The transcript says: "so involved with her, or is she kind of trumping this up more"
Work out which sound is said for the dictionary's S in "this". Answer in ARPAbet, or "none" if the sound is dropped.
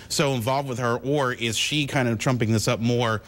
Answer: S